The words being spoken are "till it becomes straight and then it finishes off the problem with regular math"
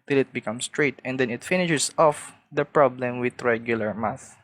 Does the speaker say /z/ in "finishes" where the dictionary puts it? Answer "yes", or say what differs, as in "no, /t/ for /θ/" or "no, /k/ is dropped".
no, /s/ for /z/